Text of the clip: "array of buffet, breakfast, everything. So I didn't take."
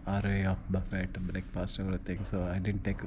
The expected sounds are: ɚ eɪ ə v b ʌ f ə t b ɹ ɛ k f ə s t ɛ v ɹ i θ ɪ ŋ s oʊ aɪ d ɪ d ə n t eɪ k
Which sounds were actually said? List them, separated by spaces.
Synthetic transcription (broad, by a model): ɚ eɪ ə b ʌ f ə t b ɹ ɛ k p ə s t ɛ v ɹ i t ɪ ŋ s oʊ aɪ d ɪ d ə n t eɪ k